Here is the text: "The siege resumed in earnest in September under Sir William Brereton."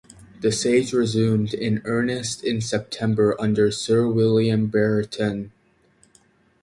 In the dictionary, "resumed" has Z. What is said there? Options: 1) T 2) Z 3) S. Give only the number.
2